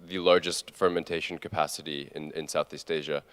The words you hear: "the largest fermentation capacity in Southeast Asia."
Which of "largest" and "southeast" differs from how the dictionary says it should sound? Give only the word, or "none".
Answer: none